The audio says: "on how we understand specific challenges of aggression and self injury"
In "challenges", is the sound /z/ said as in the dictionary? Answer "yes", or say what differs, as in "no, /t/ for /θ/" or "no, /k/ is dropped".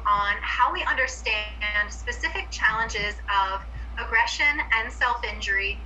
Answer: yes